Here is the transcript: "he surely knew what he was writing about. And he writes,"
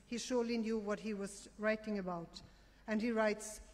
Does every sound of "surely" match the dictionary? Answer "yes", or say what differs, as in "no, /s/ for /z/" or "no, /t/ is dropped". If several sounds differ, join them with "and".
yes